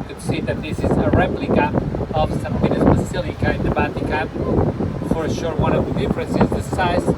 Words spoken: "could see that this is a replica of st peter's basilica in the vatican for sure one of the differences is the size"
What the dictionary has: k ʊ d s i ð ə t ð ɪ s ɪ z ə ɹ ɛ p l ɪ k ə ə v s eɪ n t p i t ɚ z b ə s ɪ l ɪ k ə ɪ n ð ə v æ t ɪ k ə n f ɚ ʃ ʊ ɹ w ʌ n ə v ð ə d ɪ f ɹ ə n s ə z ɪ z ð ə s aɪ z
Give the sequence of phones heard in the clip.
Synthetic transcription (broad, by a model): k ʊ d s i ð ə t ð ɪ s ɪ z ə ɹ ɛ p l ɪ k ə ə v s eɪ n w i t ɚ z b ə s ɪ l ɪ k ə ɪ n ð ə b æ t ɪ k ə l f ɚ ʃ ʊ ɹ w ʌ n ə v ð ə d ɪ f ɹ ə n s ɪ z ð ə s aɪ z